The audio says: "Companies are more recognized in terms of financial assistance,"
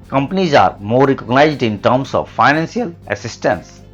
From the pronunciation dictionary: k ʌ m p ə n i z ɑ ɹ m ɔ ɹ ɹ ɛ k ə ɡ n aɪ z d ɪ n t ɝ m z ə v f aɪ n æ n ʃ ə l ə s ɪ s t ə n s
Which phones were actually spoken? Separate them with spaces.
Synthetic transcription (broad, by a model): k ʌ m p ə n i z ɑ ɹ m ɔ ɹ ɹ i k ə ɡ n aɪ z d ɪ n t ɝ m s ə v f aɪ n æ n s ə l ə s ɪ s t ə n s